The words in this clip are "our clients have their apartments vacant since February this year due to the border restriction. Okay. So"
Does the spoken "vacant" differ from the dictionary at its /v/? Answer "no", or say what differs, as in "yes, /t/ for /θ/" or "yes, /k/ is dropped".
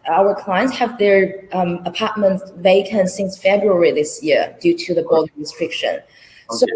no